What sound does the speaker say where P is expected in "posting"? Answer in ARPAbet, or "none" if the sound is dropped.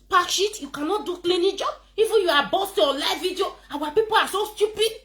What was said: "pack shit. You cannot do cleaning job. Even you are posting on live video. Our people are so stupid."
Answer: B